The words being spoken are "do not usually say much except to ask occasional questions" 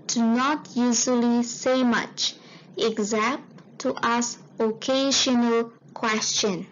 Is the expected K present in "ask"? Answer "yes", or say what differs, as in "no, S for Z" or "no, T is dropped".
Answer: no, K is dropped